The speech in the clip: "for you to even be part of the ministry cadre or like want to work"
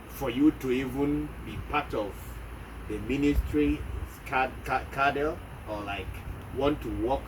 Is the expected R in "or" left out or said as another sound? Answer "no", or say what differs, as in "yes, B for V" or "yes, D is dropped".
yes, L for R